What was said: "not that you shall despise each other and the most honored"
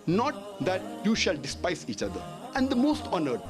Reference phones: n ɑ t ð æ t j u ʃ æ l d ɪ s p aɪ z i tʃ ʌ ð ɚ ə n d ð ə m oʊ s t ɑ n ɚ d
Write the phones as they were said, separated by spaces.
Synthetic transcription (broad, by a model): n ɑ t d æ t j u ʃ æ l d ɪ s p aɪ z i tʃ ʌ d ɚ ə n d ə m oʊ s t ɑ n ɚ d